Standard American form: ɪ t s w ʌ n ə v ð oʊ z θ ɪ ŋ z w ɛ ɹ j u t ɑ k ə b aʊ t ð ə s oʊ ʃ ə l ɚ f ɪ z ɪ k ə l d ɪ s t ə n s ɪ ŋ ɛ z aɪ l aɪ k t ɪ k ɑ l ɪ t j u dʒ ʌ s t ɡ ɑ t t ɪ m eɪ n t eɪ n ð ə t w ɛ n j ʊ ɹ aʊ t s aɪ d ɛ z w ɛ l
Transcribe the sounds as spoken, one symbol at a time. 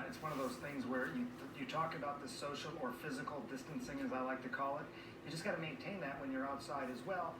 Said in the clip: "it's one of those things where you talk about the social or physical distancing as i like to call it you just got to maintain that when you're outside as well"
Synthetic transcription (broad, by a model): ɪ t s w ʌ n ə v ð oʊ z θ ɪ ŋ z w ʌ ɹ j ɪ t ɑ k ə b aʊ t ð ə s oʊ ʃ l ɚ f ɪ z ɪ k l d ɪ s t ə n s ɪ ŋ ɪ z aɪ l aɪ k t ɪ k ɑ l ɪ t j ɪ dʒ ʌ s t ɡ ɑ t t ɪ m eɪ n t eɪ n ð ə t w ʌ n j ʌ ɹ aʊ t s aɪ d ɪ z w ɛ l